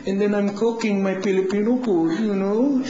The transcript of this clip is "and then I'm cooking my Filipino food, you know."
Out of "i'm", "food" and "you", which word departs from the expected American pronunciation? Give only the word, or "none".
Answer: food